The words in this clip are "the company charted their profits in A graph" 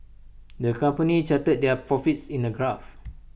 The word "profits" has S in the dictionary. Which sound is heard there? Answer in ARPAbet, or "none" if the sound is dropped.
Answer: S